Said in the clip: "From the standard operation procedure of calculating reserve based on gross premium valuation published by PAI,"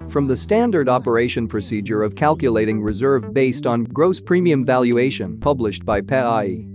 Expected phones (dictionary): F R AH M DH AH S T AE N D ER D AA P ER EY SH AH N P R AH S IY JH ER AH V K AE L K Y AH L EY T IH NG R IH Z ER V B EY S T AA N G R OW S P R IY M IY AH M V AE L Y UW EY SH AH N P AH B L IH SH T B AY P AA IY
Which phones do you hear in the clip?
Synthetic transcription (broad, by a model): F R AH M DH AH S T AE N D ER D AA P ER EY SH AH N P R AH S IY JH ER AH V K AE L K Y AH L EY T IH NG R IH Z ER V B EY S T N G R OW S P R IY M IY AH M V AE L Y UW EY SH AH N P AH B L IH SH T B AY P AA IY